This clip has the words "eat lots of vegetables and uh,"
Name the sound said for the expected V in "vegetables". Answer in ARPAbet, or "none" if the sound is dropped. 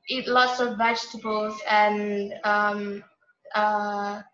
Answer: V